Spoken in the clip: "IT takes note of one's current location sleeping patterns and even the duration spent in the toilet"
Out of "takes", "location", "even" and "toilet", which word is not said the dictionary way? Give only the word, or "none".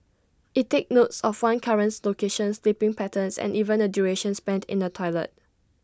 takes